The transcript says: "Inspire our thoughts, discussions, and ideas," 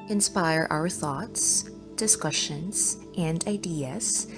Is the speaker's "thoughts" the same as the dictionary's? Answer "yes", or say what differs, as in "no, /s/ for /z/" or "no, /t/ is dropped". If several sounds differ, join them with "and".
yes